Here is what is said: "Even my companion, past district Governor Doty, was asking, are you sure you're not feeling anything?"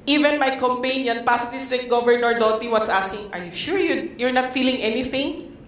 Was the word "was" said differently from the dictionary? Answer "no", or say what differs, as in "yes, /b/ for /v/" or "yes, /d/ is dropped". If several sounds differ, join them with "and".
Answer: yes, /s/ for /z/